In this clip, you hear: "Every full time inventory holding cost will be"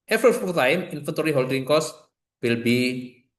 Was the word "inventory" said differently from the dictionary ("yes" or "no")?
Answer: yes